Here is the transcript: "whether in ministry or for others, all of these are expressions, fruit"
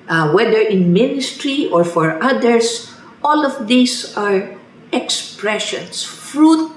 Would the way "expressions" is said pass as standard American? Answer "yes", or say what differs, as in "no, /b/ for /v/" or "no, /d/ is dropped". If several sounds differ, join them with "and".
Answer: no, /s/ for /z/